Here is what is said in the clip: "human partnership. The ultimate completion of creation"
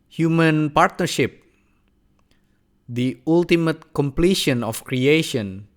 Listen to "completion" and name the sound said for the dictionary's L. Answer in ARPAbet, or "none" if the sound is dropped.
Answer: L